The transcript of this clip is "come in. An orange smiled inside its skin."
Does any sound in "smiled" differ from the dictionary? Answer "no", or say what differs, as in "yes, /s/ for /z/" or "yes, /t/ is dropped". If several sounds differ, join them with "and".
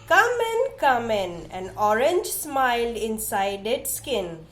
yes, /d/ is dropped